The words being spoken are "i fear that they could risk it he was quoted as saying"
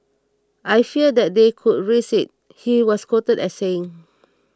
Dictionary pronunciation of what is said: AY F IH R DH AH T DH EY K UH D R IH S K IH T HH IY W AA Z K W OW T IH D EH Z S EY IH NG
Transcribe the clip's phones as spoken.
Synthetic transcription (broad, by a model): AY F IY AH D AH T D EY K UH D R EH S IH T HH IY W AA S K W OW T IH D EH S EY IH NG